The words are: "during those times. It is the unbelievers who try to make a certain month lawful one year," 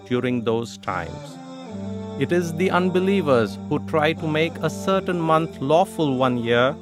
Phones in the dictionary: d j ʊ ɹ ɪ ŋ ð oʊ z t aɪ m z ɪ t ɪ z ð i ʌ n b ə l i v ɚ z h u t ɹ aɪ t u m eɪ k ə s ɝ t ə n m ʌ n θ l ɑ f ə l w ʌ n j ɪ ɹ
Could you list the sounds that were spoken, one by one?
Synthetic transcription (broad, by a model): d j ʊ ɹ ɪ ŋ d oʊ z t aɪ m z ɪ t ɪ z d i ʌ n b ə l i v ɚ z h u t ɹ aɪ t u m eɪ k ə s ɝ t ə n m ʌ n t l ɑ f ə l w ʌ n j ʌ ɹ